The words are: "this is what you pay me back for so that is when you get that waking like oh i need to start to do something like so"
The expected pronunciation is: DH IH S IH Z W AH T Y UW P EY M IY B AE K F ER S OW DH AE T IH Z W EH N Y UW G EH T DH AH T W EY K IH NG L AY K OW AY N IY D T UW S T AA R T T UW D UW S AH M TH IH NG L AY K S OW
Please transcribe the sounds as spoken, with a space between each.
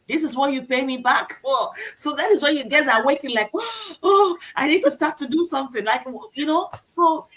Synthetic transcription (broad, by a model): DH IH S IH Z W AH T Y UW P EY M IY B AE K F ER S OW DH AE T IH Z W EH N Y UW G EH T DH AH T W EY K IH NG L AY K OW AY N IY D T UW S T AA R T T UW D UW S AH M TH IH NG L AY K S OW